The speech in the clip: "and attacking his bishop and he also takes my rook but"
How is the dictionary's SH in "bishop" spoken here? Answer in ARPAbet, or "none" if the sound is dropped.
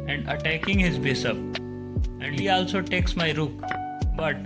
S